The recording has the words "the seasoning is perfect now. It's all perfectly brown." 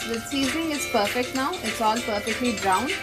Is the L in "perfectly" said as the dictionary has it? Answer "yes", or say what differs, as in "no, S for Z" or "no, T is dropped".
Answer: yes